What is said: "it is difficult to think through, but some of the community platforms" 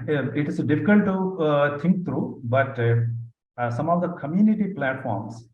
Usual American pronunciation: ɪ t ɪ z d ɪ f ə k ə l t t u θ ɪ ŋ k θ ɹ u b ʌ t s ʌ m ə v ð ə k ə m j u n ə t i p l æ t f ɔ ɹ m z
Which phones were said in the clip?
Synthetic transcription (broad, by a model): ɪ t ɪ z d ɪ f ə k ə l t t u t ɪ ŋ k t ɹ u b ʌ t s ʌ m ə v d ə k ə m j u n ə t i p l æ t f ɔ ɹ m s